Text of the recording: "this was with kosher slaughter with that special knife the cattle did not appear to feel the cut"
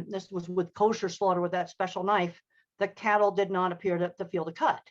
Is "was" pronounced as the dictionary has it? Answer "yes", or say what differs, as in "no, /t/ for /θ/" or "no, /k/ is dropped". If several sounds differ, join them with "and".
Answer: yes